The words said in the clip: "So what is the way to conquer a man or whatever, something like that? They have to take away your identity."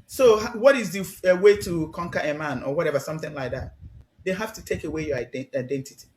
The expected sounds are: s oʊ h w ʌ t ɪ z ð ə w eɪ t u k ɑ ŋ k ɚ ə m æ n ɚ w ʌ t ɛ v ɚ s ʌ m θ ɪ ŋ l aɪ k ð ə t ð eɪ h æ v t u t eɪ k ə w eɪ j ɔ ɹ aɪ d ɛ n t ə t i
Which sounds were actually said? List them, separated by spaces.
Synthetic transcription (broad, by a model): s oʊ h w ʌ t ɪ z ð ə w eɪ t u k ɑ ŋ k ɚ ə m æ n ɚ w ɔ t ɛ v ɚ s ʌ m θ ɪ ŋ l aɪ k ð ə t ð eɪ h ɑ f t u t eɪ k ə w eɪ j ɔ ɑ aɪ d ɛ n t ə t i